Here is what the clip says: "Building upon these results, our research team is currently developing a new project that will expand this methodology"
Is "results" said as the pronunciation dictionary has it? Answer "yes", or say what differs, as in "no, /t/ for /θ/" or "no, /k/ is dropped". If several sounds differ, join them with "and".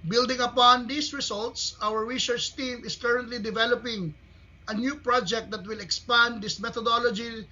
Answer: no, /s/ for /z/